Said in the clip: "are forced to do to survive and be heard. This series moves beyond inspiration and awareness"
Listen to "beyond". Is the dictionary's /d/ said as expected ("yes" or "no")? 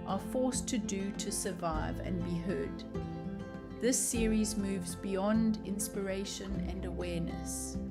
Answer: yes